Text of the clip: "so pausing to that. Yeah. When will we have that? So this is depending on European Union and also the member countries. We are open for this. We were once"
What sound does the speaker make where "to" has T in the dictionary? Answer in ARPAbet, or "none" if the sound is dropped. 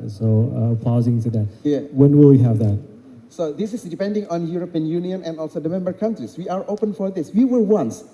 S